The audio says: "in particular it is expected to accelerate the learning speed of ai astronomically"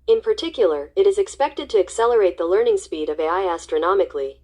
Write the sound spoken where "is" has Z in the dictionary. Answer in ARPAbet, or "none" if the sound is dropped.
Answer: Z